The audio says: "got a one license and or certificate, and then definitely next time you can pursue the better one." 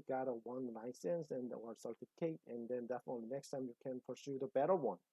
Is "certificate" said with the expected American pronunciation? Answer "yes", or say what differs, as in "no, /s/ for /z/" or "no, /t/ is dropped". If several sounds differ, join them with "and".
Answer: no, /k/ is dropped